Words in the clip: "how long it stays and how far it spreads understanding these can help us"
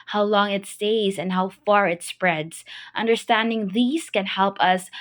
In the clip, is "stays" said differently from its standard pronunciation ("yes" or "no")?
no